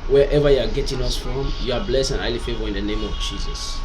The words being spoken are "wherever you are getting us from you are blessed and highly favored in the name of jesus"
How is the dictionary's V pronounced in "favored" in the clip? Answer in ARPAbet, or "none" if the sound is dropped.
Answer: V